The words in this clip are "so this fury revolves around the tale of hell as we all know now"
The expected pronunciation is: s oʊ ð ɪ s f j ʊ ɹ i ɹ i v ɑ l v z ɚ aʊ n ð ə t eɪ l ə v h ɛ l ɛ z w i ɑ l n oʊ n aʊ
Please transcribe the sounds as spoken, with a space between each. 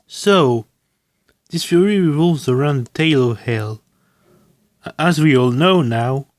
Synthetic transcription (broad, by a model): s oʊ ð ɪ s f j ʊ ɹ i ɹ i v ɑ l v z ɚ aʊ n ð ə t eɪ l ə v h ɛ l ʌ z w i ɑ l n oʊ n aʊ